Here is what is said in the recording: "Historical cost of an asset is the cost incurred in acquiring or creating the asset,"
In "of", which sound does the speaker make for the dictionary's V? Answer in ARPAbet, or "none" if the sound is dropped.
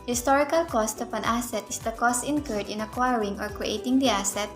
P